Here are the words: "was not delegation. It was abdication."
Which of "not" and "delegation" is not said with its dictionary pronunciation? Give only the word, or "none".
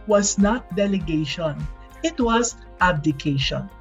none